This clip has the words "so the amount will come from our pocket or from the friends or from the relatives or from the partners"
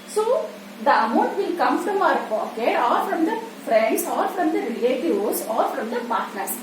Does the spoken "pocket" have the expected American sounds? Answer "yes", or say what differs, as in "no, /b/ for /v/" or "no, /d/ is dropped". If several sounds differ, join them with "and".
no, /t/ is dropped